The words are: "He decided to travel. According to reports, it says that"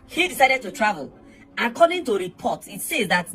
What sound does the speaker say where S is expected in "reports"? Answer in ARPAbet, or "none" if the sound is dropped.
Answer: none